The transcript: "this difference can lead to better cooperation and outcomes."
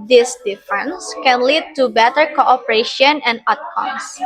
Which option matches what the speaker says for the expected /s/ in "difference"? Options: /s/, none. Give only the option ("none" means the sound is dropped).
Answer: /s/